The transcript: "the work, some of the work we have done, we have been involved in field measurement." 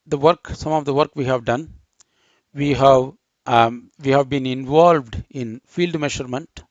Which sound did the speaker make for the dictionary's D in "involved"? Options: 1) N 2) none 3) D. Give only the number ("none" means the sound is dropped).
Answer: 3